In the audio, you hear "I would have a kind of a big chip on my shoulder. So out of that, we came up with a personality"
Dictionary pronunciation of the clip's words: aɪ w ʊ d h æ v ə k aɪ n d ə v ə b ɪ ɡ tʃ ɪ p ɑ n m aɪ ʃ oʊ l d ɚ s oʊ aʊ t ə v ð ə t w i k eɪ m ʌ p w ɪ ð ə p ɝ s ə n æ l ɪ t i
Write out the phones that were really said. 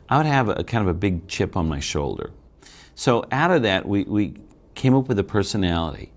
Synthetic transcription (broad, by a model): aɪ w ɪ d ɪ v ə k aɪ n d ə v ə b ɪ ɡ tʃ ɪ p n m aɪ ʃ oʊ l d ɚ s oʊ aʊ t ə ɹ ð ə t w i k eɪ m ʌ p w ɪ ð ə p ɝ s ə n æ l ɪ t i